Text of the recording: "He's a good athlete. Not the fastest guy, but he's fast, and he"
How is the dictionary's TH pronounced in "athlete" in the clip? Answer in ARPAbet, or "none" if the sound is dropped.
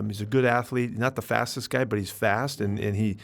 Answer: TH